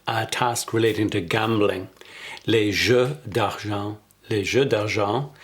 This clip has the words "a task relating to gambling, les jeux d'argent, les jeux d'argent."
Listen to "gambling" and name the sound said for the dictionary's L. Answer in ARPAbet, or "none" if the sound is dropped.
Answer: L